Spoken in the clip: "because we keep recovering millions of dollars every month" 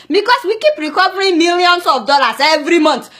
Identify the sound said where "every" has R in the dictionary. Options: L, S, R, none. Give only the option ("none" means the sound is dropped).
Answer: R